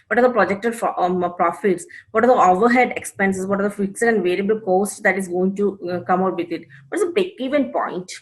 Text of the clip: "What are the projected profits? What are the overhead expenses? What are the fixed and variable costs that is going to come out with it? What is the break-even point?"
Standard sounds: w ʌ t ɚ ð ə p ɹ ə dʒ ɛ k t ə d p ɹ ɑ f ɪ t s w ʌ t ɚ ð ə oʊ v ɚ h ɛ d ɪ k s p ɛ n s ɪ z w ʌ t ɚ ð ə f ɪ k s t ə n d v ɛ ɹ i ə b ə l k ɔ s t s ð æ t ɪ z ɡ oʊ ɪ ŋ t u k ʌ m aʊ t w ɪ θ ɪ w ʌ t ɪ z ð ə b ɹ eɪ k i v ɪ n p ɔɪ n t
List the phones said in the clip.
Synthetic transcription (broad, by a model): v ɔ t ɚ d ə p ɹ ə dʒ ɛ k t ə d p ɹ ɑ f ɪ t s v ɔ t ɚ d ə oʊ v ɚ h ɛ d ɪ k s p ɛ n s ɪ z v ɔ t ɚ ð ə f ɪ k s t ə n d v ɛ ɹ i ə b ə l k ɔ s t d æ t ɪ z ɡ oʊ ɪ ŋ t u k ʌ m aʊ t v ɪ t ɪ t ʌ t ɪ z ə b eɪ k i v ɪ n p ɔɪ n t